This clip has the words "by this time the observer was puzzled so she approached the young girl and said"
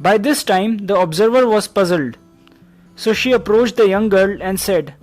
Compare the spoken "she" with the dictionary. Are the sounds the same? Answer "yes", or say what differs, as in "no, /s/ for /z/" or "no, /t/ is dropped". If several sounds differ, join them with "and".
yes